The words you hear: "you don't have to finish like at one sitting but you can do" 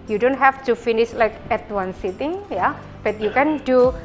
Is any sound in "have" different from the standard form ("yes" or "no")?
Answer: yes